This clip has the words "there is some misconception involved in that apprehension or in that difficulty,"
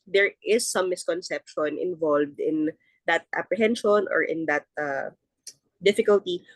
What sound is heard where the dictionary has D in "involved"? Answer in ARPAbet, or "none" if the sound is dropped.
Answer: D